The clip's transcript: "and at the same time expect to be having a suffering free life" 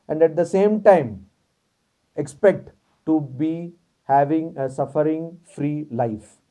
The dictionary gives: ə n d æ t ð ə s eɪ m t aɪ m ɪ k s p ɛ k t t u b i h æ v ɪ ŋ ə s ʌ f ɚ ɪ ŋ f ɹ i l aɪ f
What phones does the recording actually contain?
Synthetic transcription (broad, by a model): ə n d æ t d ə s eɪ m t aɪ m ɪ k s p ɛ k t t u b i h æ v ɪ ŋ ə s ʌ f ɚ ɪ ŋ f ɹ i l aɪ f